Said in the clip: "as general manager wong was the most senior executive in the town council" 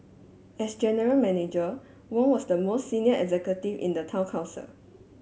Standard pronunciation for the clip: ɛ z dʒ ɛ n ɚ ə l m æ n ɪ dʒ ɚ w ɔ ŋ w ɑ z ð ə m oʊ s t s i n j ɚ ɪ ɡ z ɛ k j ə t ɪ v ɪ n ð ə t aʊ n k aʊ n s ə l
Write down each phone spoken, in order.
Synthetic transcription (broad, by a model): ɛ s dʒ ɛ n ɚ ə l m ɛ n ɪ dʒ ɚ w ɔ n w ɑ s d ə m oʊ s t s i n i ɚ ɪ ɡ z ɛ k j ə t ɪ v ɪ n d ə t aʊ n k aʊ s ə l